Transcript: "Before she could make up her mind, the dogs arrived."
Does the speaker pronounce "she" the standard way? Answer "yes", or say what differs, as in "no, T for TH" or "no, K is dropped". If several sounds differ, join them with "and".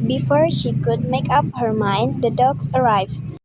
yes